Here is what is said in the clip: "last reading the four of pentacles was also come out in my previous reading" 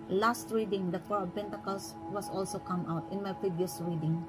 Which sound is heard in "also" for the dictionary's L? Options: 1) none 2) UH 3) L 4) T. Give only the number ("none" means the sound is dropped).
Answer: 3